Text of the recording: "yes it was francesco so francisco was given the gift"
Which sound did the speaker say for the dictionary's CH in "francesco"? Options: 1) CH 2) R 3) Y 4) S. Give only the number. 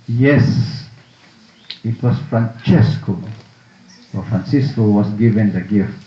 1